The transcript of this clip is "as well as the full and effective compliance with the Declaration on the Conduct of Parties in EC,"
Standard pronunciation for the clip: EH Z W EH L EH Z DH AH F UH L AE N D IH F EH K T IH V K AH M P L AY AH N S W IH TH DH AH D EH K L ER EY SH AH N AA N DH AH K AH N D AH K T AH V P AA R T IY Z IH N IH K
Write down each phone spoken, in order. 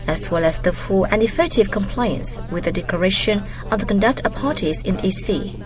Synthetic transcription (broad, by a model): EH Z W EH L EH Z DH AH F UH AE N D IH F EH K T IH V K AH M P L AY AH N S W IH DH AH D EH K L ER EY SH AH N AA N DH AH K AH N D AH K T AH V P AA R T IY Z IH N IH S